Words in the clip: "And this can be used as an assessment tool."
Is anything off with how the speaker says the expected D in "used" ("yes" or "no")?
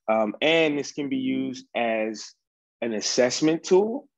no